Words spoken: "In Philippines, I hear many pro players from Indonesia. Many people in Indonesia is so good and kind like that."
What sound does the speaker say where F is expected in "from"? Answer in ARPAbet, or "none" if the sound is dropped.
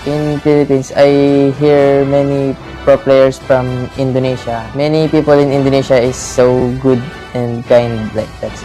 F